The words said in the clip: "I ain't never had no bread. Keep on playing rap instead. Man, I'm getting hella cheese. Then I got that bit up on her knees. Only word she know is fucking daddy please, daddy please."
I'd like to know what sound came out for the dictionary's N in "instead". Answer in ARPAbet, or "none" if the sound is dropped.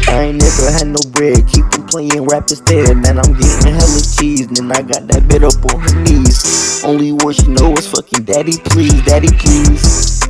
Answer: none